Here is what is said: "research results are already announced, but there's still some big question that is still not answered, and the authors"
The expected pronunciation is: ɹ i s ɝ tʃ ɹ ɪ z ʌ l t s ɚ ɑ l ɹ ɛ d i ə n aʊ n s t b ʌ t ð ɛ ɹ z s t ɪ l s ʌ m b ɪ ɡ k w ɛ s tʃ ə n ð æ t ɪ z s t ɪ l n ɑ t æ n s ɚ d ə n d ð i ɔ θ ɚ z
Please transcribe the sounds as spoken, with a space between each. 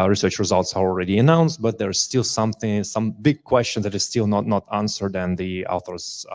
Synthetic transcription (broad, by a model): ɹ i s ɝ tʃ ɹ ɪ z ʌ l t s ɚ ɑ l ɹ ɛ d i ə n aʊ n s t b ʌ t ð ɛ ɹ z s t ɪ l s ʌ m b ɪ ɡ k w ɛ s tʃ ə n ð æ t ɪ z s t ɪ l n ɑ t æ n s ɚ d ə n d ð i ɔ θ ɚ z